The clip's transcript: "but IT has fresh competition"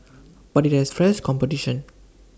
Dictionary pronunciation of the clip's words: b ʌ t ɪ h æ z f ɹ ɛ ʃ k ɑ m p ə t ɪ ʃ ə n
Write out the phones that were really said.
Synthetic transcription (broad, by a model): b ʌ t ɪ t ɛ s f ɹ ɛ s k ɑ m p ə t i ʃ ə n